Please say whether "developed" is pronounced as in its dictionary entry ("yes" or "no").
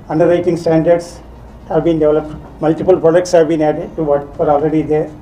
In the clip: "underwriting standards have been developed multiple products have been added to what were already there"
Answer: yes